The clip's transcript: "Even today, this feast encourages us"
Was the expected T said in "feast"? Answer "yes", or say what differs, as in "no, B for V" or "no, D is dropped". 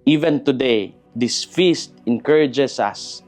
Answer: yes